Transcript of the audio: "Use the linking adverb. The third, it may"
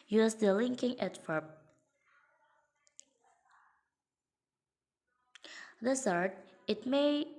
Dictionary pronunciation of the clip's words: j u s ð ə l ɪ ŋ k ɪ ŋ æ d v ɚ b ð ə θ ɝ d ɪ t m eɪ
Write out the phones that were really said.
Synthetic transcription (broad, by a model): j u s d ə l ɪ ŋ k ɪ ŋ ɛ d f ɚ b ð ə s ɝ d ɪ t m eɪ